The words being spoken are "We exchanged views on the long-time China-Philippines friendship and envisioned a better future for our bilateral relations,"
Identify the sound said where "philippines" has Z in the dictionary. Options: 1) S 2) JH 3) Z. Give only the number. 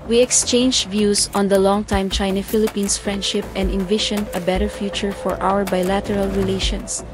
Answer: 1